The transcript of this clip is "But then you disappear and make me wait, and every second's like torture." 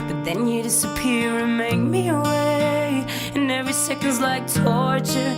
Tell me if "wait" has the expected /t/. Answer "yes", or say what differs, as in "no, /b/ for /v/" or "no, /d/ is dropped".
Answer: no, /t/ is dropped